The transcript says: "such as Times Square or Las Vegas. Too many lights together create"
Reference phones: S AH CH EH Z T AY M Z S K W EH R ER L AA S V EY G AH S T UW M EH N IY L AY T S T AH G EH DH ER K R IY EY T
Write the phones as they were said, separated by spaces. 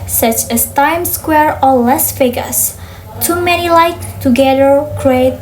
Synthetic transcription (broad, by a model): S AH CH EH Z T AY M S K W EH R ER L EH S F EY G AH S T UW M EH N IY L AY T T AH G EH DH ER K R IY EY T